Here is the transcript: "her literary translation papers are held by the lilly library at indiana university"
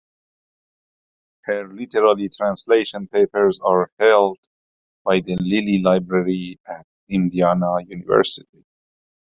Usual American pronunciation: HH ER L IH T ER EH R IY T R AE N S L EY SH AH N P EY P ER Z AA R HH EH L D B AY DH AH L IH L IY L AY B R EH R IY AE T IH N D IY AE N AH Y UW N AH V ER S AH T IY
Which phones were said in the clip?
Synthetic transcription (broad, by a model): HH ER L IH T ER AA L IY T R AE N S L EY SH AH N P EY P ER Z AA R HH EH L D B AY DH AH L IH L IY L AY B R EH R IY AE T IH N D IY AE N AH Y UW N AH V ER S AH T IY